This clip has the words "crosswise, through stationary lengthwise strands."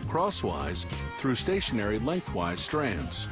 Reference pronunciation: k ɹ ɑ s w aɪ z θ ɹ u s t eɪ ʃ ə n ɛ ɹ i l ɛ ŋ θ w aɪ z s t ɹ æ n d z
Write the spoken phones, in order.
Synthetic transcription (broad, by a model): k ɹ ɑ s w aɪ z θ ɹ u s t eɪ ʃ ə n ɛ ɹ i l ɛ ŋ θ w aɪ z s t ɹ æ n d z